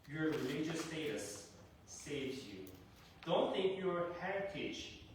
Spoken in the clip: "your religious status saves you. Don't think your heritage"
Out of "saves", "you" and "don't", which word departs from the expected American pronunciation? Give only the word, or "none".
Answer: saves